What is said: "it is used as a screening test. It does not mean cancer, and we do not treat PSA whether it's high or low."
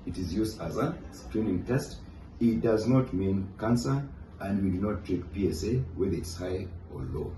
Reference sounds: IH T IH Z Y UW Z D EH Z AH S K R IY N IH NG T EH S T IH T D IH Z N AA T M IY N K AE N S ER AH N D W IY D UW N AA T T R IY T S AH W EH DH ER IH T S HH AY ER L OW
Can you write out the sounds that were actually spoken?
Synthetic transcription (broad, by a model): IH T IH Z Y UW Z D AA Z AH S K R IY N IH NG T EH S T IH T D IH Z N AA T M IY N K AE N S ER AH N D W IY D UW N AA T T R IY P S AH W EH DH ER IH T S HH AY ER L OW